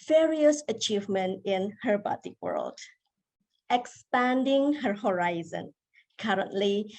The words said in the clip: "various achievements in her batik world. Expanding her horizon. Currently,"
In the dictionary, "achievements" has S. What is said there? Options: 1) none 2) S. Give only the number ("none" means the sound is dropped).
1